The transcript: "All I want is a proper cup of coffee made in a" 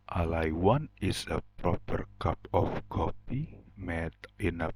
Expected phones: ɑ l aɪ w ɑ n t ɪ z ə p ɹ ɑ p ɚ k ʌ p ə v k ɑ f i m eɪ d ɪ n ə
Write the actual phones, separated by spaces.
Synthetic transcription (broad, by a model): ɑ l aɪ w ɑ n ɪ s ə p ɹ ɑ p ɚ k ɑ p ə f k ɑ p i m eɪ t ɪ n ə